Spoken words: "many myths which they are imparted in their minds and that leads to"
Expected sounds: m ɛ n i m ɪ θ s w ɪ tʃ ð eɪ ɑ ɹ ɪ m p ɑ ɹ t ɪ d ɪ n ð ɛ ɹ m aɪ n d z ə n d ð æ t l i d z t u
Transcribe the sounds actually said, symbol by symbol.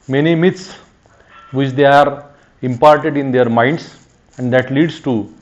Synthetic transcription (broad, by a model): m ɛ n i m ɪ t s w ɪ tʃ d eɪ ɑ ɹ ɪ m p ɑ ɹ t ɪ d ɪ n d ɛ ɹ m aɪ n d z ə n d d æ t l i d s t u